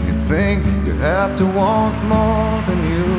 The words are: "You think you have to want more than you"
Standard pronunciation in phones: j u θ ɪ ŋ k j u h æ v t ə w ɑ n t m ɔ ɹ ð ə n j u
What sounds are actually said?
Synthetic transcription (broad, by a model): j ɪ θ ɪ ŋ k j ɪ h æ f t ə w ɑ n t m ɔ ɹ ð ə n j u